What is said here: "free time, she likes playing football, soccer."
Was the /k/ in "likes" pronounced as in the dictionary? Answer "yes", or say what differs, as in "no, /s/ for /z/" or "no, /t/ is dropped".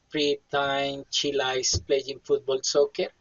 no, /k/ is dropped